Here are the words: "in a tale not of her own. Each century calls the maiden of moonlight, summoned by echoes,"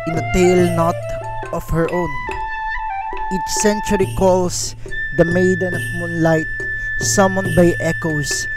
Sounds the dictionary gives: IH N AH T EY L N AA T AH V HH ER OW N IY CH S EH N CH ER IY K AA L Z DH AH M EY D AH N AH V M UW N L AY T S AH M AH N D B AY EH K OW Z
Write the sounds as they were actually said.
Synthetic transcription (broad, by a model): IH N AH T EY L N AA T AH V HH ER OW N IY CH S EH N CH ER IY K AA L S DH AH M EY D AH N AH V M UW N L AY T S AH M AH N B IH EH K OW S